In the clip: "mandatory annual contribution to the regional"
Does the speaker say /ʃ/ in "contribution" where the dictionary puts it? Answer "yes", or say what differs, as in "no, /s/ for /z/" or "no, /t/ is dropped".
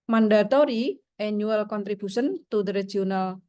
no, /s/ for /ʃ/